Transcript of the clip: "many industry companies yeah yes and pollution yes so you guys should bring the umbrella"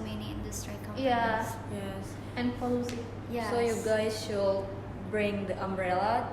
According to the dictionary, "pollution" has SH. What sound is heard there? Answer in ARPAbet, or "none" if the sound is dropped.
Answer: S